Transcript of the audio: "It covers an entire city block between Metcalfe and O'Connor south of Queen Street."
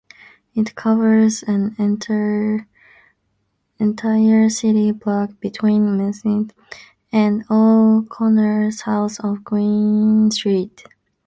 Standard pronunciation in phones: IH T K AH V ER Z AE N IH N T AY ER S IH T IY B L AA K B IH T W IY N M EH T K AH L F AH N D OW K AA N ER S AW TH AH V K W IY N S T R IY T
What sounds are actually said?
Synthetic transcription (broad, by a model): IH T K AH V ER Z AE N IH N T AY ER S IH T IY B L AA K B IH T W IY N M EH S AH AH N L K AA N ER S AW S AH V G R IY N S T R IY T